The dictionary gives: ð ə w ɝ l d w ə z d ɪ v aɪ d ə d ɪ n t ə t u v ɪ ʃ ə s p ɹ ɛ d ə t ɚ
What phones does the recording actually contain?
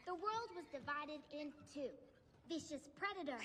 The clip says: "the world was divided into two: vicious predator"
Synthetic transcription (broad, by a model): ð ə w ɝ l d w ə z d ɪ v aɪ d ə d ɪ n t t u v ɪ ʃ ə s p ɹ ɛ d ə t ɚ